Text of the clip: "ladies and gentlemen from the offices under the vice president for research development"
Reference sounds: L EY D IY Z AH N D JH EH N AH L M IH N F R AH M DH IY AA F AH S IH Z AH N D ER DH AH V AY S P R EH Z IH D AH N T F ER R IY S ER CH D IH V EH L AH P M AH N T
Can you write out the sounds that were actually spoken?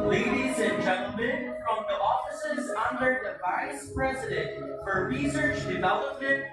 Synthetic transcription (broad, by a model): L EY D IY Z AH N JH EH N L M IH N F R AH M DH IY AA F AH S IH Z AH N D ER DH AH V AY S P R EH Z IH D AH N T F ER R IY S ER CH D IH V EH L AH P M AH N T